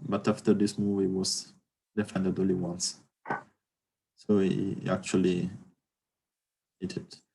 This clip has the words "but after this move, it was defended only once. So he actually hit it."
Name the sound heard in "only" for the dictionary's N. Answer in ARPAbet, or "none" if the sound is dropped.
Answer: none